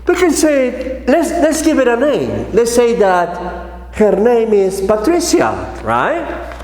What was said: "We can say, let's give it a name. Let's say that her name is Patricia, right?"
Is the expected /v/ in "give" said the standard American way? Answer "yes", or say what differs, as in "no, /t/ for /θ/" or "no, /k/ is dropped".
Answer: yes